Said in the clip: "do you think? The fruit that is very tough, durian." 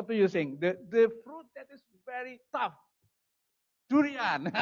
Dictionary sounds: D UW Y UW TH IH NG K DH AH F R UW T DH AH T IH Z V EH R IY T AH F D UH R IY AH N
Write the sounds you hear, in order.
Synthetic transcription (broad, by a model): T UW Y UW S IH NG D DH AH F R UW T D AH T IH S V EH R IY T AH F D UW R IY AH N